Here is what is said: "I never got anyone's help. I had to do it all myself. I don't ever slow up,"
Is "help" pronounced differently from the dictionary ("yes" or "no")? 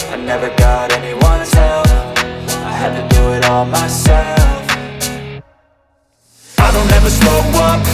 yes